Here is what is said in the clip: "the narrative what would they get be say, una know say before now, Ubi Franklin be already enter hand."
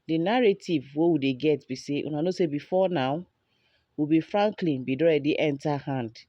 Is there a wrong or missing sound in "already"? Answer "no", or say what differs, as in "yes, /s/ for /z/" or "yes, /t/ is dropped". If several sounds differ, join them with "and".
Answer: yes, /ɹ/ is dropped